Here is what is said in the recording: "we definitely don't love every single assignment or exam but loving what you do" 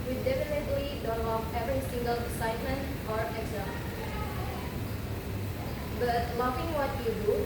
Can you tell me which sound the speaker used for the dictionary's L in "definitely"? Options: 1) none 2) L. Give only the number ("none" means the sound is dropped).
2